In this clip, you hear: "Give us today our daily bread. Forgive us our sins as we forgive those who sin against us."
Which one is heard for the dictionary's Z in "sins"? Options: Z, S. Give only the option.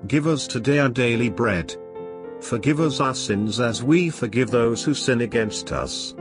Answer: Z